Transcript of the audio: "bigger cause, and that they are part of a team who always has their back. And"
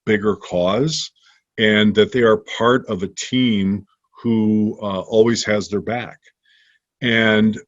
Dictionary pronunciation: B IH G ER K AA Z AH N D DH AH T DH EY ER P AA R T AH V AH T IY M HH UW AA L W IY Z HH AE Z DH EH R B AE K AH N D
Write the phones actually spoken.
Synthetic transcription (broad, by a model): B IH G ER K AA Z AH N DH AH T DH EY ER P AA R T AH V AH T IY M HH UW AA L W IY Z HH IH Z DH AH R B AE K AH N